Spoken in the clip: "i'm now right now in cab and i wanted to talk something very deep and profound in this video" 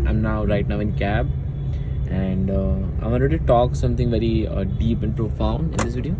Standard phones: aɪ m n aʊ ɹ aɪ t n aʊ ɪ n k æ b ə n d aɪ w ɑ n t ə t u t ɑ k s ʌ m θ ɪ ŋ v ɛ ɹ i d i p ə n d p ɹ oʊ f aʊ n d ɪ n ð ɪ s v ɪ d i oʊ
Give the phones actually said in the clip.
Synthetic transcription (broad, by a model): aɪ m n aʊ ɹ aɪ t n aʊ ɪ n k æ b ə n d aɪ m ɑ l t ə t u t ɑ k s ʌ m t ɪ ŋ v ɛ ɹ i d i p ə n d p ɹ oʊ f aʊ n d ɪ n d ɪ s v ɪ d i